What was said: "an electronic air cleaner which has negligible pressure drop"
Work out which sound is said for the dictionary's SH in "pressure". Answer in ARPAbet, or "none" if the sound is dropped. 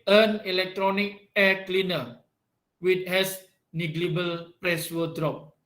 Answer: S